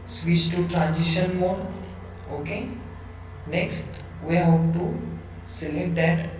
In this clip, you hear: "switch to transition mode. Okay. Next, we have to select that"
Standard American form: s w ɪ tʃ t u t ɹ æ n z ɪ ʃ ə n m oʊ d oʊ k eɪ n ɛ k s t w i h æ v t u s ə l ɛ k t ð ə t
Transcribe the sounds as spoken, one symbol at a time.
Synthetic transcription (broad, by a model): s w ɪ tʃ t u t ɹ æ n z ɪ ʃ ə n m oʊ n oʊ k eɪ n ɛ k s t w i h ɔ p t u s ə l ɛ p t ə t